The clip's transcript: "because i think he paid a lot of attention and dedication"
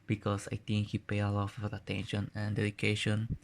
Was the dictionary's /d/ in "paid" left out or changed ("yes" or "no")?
yes